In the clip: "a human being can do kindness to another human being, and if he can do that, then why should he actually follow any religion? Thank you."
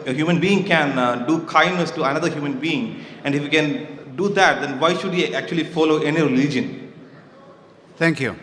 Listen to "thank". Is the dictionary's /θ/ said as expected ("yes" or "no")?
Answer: no